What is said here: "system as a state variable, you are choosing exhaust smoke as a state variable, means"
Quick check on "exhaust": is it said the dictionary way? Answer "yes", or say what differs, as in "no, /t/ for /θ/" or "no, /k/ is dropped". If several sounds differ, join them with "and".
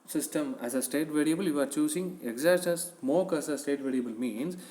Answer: no, /s/ is dropped